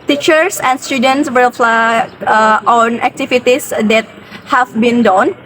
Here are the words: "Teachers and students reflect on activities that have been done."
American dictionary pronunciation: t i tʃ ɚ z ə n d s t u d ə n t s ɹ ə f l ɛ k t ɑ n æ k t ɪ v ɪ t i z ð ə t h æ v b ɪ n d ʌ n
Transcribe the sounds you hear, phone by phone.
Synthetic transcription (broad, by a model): t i tʃ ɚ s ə n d s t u d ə n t s w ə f l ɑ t ɑ n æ k t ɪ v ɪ t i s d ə t h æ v b ɪ n d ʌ n